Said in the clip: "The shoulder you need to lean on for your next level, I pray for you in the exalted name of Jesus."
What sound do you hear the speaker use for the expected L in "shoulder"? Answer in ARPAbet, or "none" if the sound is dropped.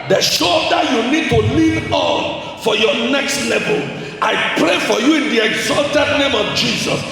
none